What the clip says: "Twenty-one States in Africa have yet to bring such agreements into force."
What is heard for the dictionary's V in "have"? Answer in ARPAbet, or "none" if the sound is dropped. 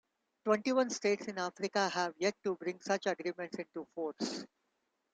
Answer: V